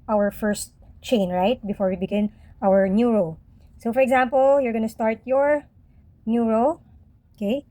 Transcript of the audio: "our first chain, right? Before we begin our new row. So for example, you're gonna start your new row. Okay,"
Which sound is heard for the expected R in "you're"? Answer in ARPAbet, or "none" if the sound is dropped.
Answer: R